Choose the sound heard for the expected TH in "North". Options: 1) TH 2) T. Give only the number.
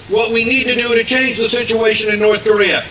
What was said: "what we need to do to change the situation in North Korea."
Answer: 1